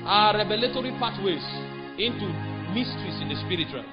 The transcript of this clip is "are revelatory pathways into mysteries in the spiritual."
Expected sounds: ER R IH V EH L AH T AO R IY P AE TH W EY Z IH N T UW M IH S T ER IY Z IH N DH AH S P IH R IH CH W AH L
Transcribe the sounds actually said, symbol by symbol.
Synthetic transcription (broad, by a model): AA R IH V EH L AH T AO R IY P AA T W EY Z IH N T UW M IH S T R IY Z IH N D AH S P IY R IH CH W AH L